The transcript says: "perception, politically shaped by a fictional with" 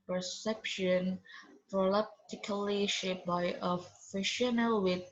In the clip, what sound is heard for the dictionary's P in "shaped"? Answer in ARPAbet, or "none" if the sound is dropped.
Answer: none